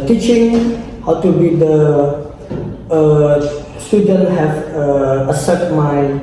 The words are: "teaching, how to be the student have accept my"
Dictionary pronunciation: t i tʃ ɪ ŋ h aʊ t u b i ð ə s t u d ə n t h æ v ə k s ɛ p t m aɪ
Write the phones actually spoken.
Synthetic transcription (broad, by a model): t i tʃ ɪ ŋ h aʊ t u b i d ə s t u d ə n t h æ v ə s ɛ t m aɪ